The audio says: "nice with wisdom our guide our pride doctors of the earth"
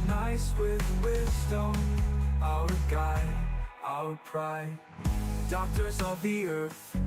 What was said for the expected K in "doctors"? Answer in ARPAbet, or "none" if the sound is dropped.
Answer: K